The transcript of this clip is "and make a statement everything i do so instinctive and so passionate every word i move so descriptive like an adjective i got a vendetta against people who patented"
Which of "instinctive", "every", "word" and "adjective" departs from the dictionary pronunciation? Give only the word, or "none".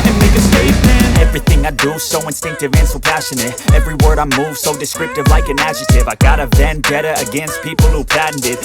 adjective